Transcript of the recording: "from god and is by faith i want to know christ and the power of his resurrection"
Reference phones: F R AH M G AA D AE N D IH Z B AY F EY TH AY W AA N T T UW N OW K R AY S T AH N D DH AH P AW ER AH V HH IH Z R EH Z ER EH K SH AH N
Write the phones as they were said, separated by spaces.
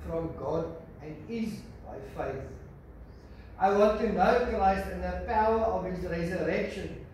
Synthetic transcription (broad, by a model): F R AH M G AA D AE N D IH Z B AY F EY TH AY W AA N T T UW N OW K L AY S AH N DH AH P AW ER AH V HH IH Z R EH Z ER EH K SH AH N